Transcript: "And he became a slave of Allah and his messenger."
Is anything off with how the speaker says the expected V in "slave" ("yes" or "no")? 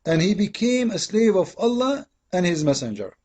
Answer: no